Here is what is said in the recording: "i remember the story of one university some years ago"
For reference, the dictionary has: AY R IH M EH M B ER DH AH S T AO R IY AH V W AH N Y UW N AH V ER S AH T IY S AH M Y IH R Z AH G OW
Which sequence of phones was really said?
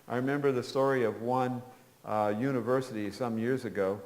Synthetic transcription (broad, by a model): AY R IH M EH M B ER DH AH S T AO R IY AH V W AH N Y UW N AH V ER S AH T IY S AH M Y IH R Z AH G OW